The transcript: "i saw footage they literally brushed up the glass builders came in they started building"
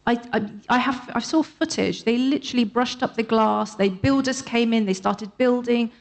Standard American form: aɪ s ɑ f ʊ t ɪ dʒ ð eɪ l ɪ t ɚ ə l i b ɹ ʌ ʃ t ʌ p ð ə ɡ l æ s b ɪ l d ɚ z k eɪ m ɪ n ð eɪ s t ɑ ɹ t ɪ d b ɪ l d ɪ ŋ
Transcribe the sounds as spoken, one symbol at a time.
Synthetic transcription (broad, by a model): aɪ s ɑ f ʊ t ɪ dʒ ð eɪ l ɪ t ɚ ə l i b ɹ ʌ ʃ t ʌ p ð ə ɡ l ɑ s b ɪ l d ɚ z k eɪ m ɪ n ð eɪ s t ɑ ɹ t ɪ d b ɪ l d ɪ ŋ